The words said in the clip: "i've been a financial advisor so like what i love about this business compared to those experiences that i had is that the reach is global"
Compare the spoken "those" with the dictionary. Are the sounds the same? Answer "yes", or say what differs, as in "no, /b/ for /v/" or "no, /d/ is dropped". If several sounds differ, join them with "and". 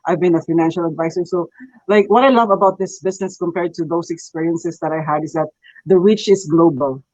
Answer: no, /s/ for /z/